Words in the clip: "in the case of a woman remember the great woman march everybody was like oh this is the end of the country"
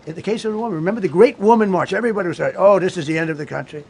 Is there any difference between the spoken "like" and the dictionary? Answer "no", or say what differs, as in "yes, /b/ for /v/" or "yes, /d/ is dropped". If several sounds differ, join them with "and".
yes, /k/ is dropped